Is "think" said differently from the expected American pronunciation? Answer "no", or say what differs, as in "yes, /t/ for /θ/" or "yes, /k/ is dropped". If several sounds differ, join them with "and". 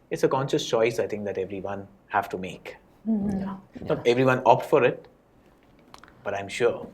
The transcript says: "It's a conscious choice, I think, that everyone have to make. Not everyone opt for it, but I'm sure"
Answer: yes, /t/ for /θ/